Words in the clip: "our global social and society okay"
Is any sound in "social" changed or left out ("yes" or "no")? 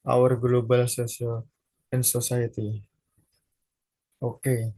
yes